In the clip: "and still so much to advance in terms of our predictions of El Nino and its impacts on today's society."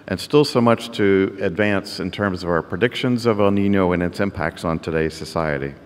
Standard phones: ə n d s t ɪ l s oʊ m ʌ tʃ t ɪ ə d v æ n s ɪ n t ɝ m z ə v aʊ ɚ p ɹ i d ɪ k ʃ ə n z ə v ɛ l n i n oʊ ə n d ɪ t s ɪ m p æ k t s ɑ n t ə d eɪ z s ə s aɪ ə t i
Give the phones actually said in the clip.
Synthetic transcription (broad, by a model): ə n s t ɪ l s oʊ m ʌ tʃ t ɪ ə d v æ n s ɪ n t ɝ m z ə v aʊ ɚ p ɹ i d ɪ k ʃ ə n z ə v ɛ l n i n oʊ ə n ɪ t s ɪ m p æ k t s n t ə d eɪ z s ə s aɪ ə t i